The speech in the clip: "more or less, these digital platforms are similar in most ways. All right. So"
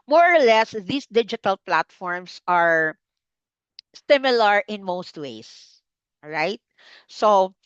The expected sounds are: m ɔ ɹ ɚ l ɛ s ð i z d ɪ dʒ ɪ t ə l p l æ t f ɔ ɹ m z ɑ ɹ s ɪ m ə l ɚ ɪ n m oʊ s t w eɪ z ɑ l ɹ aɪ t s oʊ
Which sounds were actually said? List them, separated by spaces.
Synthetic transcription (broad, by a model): m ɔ ɹ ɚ l ɛ s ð i s d ɪ dʒ ɪ t ə l p l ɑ t f ɔ ɹ m s ɑ ɹ s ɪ m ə l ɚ ɪ n m oʊ s t w eɪ ɪ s ɹ aɪ t s oʊ